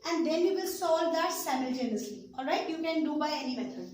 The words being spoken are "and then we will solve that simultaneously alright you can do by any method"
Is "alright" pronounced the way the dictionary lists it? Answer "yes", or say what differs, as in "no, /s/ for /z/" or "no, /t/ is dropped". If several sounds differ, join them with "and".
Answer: yes